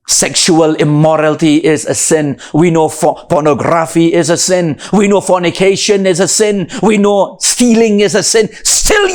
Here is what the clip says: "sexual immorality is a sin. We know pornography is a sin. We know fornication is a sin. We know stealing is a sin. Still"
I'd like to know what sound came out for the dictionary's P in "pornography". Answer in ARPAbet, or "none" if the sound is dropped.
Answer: F